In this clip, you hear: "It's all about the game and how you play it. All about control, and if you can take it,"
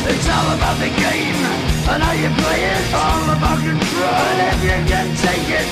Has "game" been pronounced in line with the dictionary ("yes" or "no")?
yes